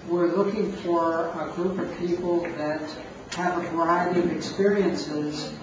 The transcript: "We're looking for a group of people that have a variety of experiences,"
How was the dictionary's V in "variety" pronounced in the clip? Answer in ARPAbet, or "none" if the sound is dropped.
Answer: V